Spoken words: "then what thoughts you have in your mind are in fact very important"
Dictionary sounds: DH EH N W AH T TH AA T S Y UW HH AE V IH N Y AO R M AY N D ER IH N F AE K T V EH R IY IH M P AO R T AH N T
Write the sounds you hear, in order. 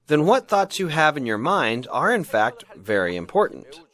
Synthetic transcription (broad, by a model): DH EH N W AH T TH AA T S Y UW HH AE V IH N Y AO R M AY N D ER IH N F AE K T V EH R IY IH M P AO R T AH N T